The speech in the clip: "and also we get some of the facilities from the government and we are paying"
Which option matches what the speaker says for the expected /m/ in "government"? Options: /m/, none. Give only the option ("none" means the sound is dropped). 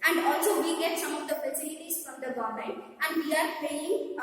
none